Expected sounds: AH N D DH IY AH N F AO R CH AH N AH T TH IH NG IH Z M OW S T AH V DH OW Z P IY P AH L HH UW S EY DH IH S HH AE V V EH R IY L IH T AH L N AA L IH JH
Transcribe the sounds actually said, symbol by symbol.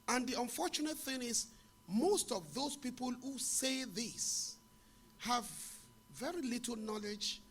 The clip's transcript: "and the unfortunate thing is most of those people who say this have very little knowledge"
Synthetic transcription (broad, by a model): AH N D DH IY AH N F AO R CH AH N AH T TH IH NG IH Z M OW S T AH V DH OW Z P IY P AH L HH UW S EY DH IH S HH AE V V EH R IY L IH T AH L N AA L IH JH